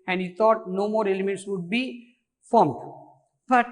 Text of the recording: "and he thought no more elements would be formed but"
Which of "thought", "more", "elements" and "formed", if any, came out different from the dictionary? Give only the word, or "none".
thought